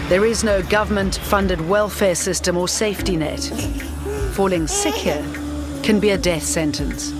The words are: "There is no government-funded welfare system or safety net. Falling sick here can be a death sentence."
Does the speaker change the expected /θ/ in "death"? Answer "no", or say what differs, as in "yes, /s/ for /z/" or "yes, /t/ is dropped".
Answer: no